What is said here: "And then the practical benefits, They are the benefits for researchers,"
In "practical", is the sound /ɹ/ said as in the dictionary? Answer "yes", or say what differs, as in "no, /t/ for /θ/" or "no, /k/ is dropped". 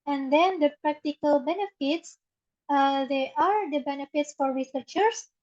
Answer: yes